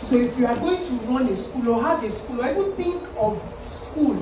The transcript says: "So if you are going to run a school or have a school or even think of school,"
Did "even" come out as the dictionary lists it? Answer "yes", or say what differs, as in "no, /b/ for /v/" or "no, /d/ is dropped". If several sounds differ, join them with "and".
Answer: no, /w/ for /v/